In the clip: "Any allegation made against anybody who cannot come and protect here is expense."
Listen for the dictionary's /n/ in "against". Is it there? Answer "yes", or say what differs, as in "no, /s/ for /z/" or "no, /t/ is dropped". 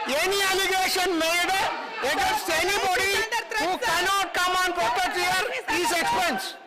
no, /n/ is dropped